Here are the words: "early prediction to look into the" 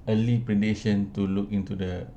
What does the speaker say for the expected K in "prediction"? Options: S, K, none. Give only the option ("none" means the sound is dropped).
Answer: none